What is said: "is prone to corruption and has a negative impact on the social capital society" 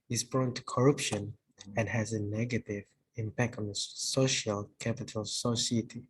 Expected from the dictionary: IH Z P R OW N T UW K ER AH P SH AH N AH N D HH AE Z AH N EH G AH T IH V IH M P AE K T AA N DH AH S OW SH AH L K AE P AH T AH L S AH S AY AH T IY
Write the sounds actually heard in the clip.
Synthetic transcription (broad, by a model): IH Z B R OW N T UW K ER AH P SH AH N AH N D HH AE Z AH N EH G AH T IH V IH M P AE K T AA N DH AH S OW SH AH L K AE P AH T AH L S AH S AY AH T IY